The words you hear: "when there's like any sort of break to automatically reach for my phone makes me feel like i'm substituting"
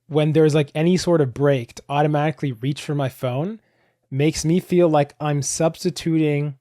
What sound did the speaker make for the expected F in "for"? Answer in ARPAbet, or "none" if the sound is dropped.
F